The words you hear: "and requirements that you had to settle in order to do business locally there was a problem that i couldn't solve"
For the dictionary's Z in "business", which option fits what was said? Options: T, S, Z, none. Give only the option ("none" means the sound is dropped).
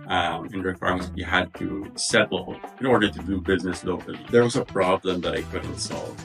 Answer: Z